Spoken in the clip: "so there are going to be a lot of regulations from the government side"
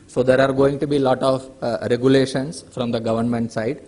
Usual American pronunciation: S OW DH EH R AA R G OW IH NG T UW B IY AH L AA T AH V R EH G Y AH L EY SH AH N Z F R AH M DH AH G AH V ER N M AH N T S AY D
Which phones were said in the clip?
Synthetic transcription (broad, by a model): S OW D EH R AA R G OW IH NG T UW B IY L AA T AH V R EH G Y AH L EY SH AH N S F R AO M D AH G AH V ER N M AH N T S AY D